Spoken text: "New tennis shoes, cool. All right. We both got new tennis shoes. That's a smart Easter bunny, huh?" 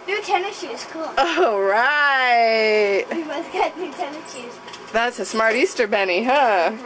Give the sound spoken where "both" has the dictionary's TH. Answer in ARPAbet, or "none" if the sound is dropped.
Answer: S